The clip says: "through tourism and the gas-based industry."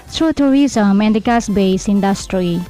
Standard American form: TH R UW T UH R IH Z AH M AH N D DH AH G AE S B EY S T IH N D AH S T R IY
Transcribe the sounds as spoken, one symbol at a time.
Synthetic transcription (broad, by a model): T R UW T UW R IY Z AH M AH N D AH G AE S B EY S IH N D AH S T R IY